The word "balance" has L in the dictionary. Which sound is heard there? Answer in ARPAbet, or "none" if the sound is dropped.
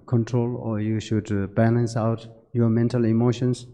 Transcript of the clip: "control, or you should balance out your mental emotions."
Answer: L